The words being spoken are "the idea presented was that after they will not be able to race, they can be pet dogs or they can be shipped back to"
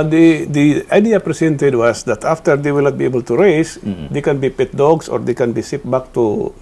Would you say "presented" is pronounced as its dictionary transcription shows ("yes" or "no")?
no